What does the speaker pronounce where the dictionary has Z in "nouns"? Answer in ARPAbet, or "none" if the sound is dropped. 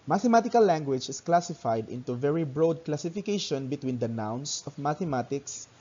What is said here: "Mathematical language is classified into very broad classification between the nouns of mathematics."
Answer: S